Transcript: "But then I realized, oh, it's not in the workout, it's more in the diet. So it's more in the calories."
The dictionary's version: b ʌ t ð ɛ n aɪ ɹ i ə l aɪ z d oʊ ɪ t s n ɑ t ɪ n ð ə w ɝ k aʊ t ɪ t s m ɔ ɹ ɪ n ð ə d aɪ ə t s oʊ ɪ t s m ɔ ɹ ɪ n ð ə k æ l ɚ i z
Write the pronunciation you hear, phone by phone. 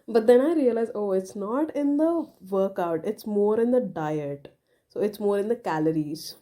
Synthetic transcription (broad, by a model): b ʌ t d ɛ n aɪ ɹ i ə l aɪ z oʊ ɪ t s n ɑ t ɪ n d ə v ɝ k aʊ t ɪ t s m ɔ ɹ ɪ n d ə d aɪ ə t s oʊ ɪ t s m ɔ ɹ ɪ n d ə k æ l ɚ i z